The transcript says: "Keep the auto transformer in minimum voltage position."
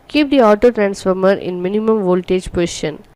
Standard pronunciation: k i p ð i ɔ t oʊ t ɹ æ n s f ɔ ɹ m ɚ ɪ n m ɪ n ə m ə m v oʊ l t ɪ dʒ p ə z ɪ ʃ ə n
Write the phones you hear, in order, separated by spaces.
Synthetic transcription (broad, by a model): k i p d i ɔ t oʊ t ɹ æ n s f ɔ ɹ m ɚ ɪ n m ɪ n ə m ə m v oʊ l t ɪ dʒ p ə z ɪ ʃ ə n